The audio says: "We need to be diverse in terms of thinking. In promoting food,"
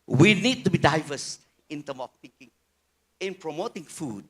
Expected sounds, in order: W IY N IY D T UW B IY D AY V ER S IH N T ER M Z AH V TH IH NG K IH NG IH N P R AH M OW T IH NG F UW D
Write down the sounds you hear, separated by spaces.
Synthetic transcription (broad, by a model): W IY N IY D T UW B IY D AY V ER S IH N T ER M AH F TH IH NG K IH NG IH N P R AH M OW T IH NG F UW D